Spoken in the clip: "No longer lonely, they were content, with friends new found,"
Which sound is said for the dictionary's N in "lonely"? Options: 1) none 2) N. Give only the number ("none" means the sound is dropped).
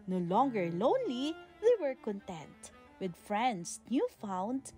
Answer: 2